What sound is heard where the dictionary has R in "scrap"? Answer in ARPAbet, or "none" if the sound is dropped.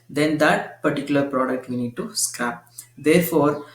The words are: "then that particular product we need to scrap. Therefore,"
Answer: none